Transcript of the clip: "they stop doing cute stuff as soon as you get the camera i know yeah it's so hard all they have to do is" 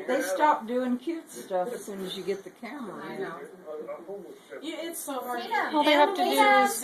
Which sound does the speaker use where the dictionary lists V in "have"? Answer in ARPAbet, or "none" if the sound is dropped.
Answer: F